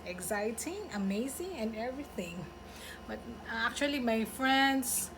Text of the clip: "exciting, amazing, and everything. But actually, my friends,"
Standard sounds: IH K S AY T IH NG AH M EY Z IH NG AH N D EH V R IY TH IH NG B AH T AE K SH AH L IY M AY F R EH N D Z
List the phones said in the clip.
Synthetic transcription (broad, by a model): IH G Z AY T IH NG AH M EY Z IH NG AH N EH V R IY TH IH NG B AH T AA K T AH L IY M AY F R EH N D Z